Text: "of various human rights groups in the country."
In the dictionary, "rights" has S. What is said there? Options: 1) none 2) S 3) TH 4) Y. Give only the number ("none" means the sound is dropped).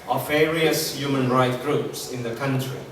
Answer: 1